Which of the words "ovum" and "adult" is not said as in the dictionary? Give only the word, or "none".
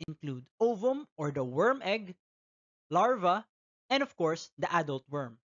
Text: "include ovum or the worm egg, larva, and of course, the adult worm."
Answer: none